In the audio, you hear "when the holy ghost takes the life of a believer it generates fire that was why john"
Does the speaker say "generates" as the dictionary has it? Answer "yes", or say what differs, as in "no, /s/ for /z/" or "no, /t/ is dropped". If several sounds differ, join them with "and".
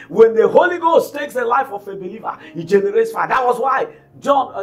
yes